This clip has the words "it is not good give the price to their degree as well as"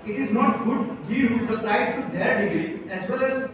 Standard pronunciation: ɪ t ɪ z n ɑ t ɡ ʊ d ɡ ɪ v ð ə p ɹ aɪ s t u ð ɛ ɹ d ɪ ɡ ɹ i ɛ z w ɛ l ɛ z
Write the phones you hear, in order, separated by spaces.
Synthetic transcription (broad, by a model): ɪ t ɪ z n ɑ t ɡ ʊ d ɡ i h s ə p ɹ aɪ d t u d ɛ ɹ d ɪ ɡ i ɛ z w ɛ l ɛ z